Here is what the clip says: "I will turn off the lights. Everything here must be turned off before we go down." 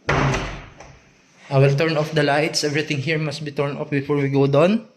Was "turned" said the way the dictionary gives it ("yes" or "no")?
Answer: no